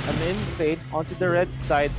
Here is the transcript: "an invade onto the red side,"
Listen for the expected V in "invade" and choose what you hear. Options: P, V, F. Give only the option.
P